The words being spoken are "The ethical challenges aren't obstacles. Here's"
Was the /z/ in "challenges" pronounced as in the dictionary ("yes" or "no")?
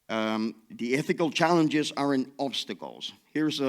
yes